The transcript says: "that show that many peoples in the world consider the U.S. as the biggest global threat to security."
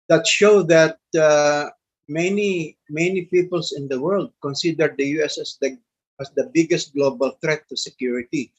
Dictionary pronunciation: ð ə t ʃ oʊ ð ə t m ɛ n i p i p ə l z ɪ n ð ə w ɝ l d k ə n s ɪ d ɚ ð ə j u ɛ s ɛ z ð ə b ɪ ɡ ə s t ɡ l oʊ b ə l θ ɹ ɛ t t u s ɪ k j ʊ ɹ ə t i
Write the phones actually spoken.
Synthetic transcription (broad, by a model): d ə t ʃ oʊ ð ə t m ɛ n i p i p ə l s ɪ n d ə w ɝ l d k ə n s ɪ d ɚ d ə j u ɛ s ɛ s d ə b ɪ ɡ ə s t ɡ l oʊ b ə l t ɹ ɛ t t u s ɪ k j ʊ ɹ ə t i